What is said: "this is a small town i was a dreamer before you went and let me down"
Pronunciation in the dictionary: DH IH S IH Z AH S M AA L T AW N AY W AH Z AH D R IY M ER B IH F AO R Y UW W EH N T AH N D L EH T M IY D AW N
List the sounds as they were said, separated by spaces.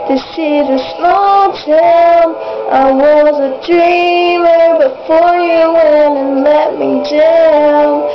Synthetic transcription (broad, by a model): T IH S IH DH AH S AA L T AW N AY W AH Z AH D R IY M ER B IH F AO R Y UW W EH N AH N L EH T M IY D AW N